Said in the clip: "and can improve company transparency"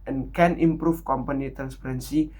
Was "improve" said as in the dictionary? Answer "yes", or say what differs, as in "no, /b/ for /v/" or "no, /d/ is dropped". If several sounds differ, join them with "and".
no, /f/ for /v/